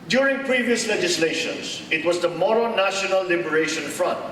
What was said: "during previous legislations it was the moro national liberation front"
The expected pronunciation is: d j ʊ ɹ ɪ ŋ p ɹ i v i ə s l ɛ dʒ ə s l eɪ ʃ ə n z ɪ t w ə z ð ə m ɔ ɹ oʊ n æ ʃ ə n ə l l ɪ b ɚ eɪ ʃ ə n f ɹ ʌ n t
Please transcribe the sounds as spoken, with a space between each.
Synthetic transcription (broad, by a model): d j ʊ ɹ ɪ ŋ p ɹ i v i ə s l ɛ dʒ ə s l eɪ ʃ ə n s ɪ t w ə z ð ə m ɔ ɹ oʊ n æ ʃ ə n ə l l ɪ b ɚ eɪ ʃ ə n f ɹ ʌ n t